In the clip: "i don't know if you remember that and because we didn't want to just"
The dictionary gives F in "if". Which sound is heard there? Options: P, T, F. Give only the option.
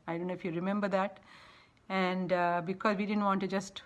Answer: F